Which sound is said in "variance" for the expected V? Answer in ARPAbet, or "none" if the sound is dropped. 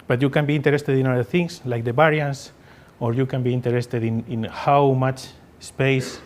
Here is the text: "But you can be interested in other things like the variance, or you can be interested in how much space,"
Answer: B